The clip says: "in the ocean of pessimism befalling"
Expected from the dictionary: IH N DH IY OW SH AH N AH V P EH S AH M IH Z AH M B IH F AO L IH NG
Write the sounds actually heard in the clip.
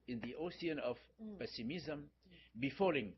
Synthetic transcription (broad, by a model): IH N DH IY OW S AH N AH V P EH S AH M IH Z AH M B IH F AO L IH NG